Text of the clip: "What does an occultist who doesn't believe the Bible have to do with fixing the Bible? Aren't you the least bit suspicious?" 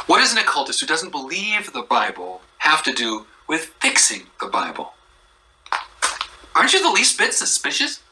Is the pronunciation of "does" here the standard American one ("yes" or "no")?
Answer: yes